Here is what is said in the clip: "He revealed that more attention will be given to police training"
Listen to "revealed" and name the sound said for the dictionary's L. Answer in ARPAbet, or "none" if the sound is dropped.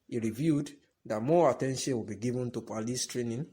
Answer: none